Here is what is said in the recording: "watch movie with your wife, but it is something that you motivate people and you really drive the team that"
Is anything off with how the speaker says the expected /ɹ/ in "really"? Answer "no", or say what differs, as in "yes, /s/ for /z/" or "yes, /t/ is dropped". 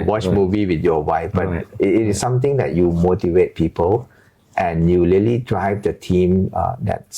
yes, /l/ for /ɹ/